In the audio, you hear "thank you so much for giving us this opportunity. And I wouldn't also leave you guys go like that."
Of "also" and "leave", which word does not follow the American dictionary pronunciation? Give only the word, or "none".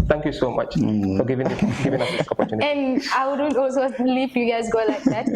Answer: leave